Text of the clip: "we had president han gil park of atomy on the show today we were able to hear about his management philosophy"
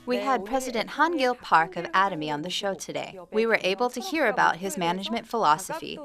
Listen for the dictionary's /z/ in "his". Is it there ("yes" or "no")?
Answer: yes